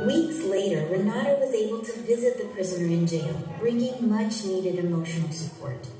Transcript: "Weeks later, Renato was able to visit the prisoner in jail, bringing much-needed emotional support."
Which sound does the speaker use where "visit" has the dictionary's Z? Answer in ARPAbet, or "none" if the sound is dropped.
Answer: Z